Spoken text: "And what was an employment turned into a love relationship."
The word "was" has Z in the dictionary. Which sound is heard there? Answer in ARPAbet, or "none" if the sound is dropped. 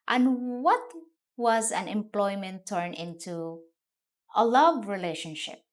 Z